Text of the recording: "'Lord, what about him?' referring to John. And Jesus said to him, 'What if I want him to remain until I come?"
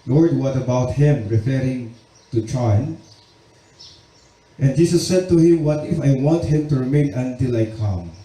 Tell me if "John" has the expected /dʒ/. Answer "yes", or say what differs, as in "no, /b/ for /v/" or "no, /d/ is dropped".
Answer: no, /tʃ/ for /dʒ/